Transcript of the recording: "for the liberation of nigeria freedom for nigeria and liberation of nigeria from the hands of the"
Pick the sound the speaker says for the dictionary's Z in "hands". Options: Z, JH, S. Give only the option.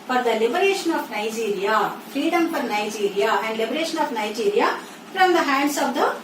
S